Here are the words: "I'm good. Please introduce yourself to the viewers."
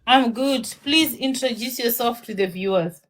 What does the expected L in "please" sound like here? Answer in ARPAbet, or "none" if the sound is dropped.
L